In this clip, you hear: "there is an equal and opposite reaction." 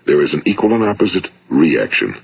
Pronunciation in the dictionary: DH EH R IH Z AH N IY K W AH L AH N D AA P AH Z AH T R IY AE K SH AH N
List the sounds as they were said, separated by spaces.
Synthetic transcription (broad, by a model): DH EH R IH Z N IY K W AH L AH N AA P AH Z AH T R IY AE K SH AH N